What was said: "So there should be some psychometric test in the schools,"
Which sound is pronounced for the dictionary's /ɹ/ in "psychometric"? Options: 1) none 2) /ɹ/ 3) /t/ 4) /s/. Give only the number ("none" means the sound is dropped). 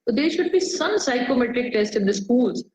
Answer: 2